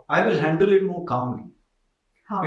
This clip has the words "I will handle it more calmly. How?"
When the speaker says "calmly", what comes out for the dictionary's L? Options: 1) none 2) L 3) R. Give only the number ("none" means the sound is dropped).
1